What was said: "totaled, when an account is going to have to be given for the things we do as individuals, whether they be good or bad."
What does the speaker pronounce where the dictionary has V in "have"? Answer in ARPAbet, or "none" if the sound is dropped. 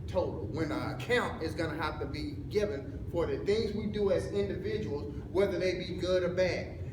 F